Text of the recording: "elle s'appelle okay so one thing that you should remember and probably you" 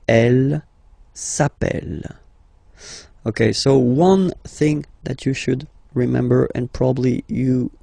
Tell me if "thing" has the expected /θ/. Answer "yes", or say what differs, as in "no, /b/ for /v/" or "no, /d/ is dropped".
yes